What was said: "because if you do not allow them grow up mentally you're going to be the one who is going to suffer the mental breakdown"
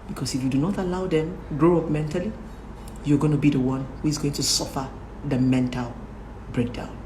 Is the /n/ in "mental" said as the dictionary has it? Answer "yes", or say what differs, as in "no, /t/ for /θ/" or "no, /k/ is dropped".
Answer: yes